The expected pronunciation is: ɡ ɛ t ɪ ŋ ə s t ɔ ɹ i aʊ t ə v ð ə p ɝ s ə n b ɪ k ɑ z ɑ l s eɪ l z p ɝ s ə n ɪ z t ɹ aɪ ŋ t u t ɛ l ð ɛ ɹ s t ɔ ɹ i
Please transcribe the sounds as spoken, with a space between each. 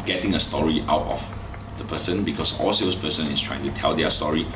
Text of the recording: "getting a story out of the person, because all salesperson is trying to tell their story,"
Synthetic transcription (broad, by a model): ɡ ɛ t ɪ ŋ ə s t ɔ ɹ i aʊ t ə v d ə p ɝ s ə n b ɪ k ɑ s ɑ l s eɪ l s p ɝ s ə n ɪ s t ɹ aɪ ŋ t u t ɛ l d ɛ s t ɔ ɹ i